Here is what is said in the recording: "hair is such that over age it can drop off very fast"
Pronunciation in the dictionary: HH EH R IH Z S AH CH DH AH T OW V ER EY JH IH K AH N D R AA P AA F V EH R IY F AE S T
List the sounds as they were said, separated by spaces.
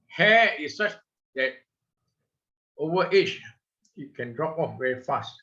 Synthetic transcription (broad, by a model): HH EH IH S S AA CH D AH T OW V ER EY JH IH K AH N D R AA P AA F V EH R IY F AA S T